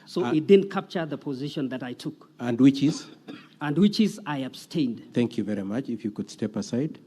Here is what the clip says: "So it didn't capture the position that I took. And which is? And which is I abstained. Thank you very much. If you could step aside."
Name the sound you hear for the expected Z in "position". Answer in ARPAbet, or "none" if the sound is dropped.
Z